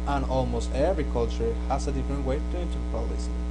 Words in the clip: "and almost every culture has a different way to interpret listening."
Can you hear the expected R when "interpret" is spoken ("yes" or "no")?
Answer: no